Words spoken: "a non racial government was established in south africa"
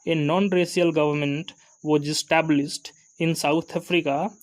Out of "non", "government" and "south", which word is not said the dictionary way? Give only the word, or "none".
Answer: south